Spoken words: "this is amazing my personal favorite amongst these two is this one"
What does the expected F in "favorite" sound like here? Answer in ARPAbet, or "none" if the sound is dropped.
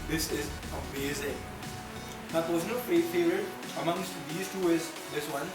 P